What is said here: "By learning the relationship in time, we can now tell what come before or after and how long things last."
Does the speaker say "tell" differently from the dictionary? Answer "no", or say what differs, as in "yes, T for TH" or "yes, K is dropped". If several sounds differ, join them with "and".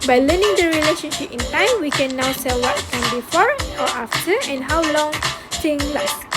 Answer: yes, S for T